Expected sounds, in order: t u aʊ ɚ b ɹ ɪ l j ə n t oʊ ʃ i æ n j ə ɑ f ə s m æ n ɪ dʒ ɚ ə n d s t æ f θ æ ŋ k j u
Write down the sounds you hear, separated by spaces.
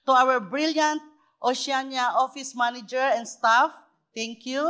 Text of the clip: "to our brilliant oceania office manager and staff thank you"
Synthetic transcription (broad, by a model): t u aʊ ɚ b ɹ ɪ l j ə n t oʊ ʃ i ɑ n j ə ɑ f ə s m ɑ n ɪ dʒ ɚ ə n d s t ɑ f t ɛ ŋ k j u